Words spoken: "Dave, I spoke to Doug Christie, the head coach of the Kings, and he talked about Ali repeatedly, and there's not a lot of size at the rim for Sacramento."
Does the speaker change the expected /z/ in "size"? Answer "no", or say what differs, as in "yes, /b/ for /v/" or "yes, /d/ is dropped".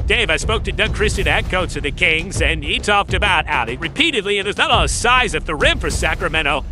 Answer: no